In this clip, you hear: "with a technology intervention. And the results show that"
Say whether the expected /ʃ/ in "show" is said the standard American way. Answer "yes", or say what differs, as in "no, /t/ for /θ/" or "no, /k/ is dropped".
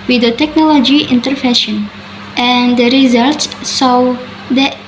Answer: no, /s/ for /ʃ/